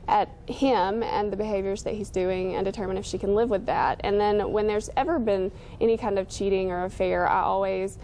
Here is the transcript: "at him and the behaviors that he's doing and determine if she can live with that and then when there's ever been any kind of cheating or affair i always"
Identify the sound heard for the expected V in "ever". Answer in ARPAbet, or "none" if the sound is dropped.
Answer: V